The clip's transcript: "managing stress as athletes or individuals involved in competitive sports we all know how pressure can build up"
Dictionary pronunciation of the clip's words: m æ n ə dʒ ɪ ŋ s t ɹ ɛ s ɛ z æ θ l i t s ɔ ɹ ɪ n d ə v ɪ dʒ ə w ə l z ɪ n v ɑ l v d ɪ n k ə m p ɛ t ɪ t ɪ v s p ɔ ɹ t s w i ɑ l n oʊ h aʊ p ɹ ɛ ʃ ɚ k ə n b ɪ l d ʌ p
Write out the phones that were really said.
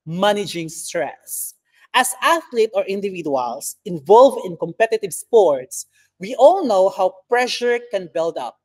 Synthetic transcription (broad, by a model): m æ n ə dʒ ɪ ŋ s t ɹ ɛ s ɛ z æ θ l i t ɔ ɹ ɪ n d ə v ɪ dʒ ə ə l s ɪ n v ɑ l v d ɪ n k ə m p ɛ t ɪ t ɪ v s p ɔ ɹ t s w i ɑ l n oʊ h aʊ p ɹ ɛ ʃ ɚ k ə n b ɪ l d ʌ p